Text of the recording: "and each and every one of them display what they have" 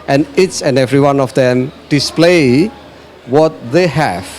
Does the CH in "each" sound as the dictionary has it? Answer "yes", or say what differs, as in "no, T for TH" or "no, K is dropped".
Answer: no, S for CH